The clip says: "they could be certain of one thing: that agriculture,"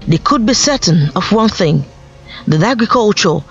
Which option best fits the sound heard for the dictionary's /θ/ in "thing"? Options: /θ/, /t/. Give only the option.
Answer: /θ/